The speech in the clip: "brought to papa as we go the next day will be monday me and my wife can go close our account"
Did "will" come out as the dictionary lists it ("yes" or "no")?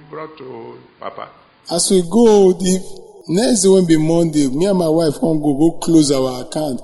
no